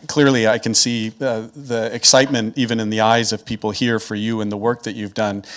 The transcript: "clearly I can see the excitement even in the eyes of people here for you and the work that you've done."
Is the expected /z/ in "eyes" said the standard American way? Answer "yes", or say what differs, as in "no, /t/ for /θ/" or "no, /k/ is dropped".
yes